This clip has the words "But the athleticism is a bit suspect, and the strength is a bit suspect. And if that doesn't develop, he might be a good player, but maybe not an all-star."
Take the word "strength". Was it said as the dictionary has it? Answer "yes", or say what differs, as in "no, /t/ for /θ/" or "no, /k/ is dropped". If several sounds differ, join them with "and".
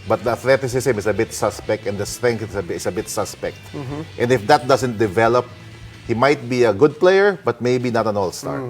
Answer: no, /s/ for /θ/